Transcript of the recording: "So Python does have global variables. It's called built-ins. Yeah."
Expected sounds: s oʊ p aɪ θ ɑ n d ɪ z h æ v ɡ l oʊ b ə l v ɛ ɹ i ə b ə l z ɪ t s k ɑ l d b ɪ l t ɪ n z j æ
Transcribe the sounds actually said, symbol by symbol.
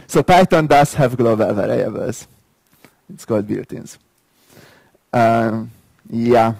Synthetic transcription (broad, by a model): s oʊ p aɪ t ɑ n d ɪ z h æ v ɡ l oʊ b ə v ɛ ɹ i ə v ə z ɪ t s k ɑ l d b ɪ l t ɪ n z j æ